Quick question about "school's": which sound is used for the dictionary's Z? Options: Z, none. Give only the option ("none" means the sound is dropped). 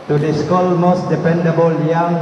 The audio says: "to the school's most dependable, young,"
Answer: none